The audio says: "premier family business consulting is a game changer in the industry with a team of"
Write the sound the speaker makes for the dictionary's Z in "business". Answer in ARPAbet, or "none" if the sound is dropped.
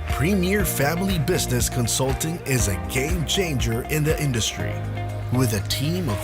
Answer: Z